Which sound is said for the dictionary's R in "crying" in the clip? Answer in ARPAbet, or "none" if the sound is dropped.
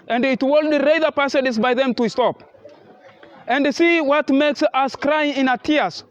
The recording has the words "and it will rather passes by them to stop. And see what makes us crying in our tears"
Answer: R